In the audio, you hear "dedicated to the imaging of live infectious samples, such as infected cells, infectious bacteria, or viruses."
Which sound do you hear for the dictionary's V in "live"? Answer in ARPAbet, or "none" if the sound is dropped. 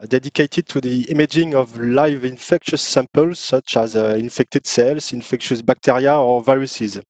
V